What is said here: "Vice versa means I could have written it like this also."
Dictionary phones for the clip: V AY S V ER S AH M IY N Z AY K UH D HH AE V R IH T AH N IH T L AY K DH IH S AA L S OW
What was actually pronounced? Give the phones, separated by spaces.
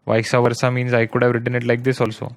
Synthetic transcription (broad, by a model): V AY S V ER S AH M IY N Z AY K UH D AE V R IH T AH N IH T L AY K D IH S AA L S OW